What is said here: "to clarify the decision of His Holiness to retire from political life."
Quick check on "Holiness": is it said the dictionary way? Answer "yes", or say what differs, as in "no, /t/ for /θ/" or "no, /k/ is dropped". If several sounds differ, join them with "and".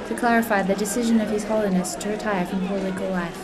yes